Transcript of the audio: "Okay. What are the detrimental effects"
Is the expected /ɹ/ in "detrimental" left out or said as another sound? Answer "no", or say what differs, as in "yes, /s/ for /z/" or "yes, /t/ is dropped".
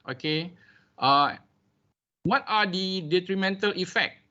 no